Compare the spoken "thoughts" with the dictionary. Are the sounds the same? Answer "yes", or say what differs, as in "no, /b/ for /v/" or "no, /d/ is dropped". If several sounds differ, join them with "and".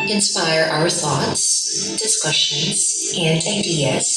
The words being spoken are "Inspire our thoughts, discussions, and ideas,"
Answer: yes